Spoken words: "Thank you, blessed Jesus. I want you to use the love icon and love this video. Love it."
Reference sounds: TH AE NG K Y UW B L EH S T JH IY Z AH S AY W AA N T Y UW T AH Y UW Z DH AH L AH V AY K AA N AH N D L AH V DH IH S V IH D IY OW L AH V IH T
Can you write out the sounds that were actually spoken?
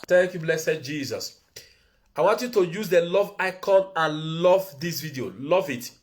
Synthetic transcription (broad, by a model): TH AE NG K Y UW B L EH S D JH IY Z AH S AY W AA N T Y UW T AH Y UW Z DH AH L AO V AY K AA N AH N L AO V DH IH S V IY D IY OW L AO V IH T